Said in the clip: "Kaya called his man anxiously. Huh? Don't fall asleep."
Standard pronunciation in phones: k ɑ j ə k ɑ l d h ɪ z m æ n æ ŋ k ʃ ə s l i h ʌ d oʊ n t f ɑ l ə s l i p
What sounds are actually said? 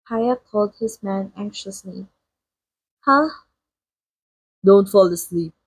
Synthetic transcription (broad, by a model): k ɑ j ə k ɑ l d h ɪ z m æ n æ ŋ k ʃ ə s l i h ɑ d oʊ n t f ɑ l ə s l i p